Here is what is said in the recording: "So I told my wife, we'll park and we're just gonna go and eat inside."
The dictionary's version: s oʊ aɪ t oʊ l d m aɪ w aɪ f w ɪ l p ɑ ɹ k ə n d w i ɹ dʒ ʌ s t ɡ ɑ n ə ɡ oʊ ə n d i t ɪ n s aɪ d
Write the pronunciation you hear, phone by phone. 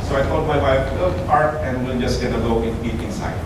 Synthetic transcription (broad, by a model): s oʊ aɪ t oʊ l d m aɪ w aɪ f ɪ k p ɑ ɹ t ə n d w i l dʒ ʌ s t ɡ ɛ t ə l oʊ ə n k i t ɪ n s aɪ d